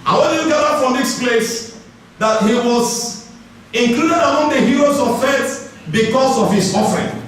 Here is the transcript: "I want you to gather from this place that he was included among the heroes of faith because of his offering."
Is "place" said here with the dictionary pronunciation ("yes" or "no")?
yes